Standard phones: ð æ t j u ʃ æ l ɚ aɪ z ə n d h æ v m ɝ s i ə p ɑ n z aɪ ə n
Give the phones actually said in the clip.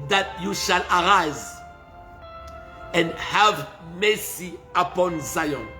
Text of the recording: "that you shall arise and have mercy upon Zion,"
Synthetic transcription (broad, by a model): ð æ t j u ʃ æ l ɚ aɪ z ə n d h æ v m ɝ s i ə p ɑ n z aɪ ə n